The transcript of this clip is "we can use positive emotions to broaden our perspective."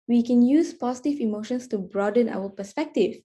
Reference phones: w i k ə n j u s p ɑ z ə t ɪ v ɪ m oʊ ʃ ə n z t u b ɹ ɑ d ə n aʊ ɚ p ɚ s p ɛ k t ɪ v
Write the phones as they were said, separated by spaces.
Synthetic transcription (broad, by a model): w i k ə n j u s p ɑ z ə t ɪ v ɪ m oʊ ʃ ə n s t u b ɹ ɑ d ə n aʊ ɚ p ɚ s p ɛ k t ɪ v